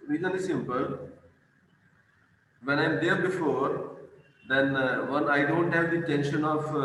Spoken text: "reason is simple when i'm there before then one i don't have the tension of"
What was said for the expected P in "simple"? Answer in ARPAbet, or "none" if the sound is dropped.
P